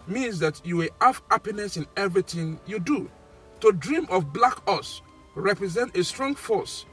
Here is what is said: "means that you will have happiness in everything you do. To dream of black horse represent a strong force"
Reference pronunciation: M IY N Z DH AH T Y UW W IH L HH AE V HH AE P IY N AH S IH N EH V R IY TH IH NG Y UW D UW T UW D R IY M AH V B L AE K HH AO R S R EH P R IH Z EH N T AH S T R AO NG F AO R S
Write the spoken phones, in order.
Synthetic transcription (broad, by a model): M IY N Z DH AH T Y UW W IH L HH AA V HH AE P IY N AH S IH N EH V R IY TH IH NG Y UW D UW T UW D R IY M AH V B L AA K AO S R EH P R IH Z EH N T AH S T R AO NG F AO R S